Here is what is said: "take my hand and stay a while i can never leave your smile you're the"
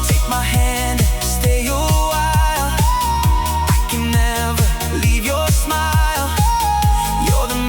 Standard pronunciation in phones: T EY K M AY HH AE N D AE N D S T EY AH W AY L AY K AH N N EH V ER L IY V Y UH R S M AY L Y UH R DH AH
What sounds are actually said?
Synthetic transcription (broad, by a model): T EY K M AY HH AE AE N D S T EY AH W AY L AY K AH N N EH V ER L IY V Y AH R S M AY L Y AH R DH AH